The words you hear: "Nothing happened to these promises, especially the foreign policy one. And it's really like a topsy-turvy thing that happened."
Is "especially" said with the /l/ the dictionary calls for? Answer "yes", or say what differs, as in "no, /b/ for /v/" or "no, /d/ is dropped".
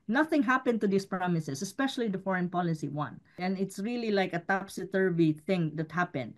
yes